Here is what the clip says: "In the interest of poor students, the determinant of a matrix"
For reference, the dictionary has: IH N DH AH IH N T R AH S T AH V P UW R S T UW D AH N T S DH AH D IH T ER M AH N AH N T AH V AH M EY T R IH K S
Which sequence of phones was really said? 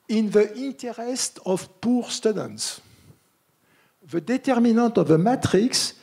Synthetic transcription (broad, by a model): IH N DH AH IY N T R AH S T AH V P UW R S T UW D AH N T S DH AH D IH T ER M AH N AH T AH V AH M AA T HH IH K S